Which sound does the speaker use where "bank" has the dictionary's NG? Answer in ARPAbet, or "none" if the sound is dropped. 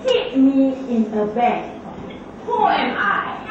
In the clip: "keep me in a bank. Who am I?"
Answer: none